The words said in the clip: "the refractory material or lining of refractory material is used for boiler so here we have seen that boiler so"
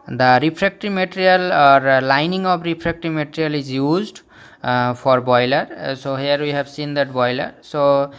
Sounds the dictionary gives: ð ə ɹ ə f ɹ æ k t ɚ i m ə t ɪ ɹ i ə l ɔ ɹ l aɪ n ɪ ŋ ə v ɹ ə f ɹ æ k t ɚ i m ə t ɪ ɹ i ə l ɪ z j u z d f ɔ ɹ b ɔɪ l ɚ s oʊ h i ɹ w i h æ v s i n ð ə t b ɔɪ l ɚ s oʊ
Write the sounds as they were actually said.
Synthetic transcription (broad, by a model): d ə ɹ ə p ɹ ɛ k t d i m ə t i ɹ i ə l ɔ ɹ l aɪ n ɪ ŋ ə b ɹ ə p ɹ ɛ k t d i m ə t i ɹ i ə l ɪ z j u z d p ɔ ɹ b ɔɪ l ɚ s oʊ h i ɹ w i h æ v s i n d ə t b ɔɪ l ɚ s oʊ